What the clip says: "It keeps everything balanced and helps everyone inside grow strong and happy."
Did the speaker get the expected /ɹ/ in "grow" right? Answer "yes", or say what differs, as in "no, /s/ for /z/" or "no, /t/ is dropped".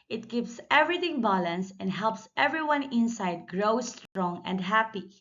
yes